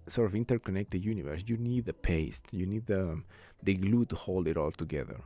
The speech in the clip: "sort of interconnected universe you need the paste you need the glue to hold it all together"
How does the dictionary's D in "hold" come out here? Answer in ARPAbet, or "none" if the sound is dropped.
D